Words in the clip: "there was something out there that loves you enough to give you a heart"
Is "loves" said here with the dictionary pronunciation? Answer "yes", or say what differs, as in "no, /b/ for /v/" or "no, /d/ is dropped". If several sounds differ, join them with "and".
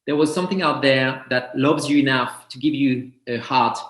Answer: yes